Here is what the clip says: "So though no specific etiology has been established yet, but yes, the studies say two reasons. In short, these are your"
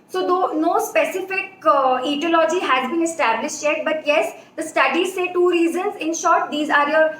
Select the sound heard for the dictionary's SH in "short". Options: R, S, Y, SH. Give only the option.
SH